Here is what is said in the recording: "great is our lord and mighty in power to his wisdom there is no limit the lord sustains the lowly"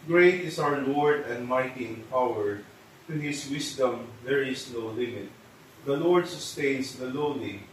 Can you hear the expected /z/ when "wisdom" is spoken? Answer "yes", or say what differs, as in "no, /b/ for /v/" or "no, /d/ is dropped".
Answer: no, /s/ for /z/